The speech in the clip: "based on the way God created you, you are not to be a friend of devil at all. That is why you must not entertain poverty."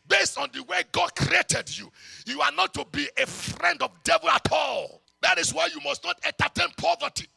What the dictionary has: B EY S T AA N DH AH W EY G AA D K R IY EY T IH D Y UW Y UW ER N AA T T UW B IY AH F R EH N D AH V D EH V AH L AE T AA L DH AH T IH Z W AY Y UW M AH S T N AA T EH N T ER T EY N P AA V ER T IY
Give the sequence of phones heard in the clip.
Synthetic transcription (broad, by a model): B EY S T AA N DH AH W EY G AA D K R IY EY T IH D Y UW Y UW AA N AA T T UW B IY AH F R EH N D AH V D EH V AH L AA T AA L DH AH T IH S W AY Y UW M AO S T N AA T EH N T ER T EY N P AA V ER T IY